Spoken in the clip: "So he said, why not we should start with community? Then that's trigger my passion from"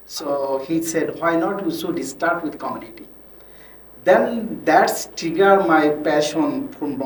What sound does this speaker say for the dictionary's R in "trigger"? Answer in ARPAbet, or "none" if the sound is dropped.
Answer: none